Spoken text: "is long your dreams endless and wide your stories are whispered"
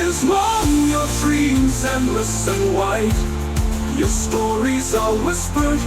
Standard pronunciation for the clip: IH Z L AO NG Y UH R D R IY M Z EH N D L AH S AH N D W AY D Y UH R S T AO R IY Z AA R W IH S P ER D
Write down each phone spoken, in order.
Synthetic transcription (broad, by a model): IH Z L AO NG Y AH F R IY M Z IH N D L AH S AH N W AY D Y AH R S T AO R IY Z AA L W IH S P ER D